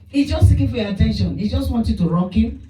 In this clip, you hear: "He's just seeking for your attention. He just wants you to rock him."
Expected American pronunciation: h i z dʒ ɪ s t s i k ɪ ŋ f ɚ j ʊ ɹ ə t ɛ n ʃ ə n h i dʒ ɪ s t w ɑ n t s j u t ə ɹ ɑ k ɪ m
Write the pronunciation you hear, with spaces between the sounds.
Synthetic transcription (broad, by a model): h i dʒ ɪ s t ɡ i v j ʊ ə t ɛ n ʃ ə n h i dʒ ɪ s t w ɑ n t j u t ə ɹ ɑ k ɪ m